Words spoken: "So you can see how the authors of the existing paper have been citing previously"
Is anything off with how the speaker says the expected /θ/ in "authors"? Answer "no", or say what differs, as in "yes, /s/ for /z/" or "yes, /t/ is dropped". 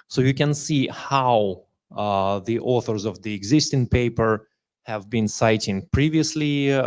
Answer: no